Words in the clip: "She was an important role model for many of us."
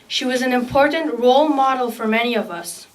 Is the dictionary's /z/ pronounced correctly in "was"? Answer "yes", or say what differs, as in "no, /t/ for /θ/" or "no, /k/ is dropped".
yes